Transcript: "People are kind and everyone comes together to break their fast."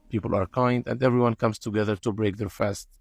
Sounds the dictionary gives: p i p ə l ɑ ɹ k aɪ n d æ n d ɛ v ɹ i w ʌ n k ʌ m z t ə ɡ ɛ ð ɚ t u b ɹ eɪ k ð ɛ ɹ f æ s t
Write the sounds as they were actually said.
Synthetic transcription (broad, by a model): p i p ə l ɑ ɹ k aɪ n d æ n d ɛ v ɹ i w ʌ n k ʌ m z t ə ɡ ɛ ð ɚ t u b ɹ eɪ k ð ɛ ɹ f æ s t